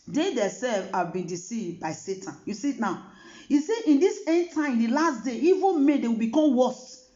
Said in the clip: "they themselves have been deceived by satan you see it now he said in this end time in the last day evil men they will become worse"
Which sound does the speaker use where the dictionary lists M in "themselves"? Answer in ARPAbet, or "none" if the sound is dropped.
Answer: none